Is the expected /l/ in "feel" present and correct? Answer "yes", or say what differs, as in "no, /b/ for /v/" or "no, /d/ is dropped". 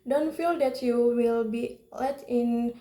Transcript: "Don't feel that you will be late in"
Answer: yes